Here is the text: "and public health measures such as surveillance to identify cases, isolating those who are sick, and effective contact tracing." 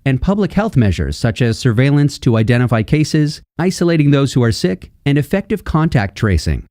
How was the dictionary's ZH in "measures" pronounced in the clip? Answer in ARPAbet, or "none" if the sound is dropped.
ZH